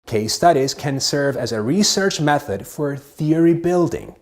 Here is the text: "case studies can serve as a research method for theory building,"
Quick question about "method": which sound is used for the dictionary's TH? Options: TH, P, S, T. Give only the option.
TH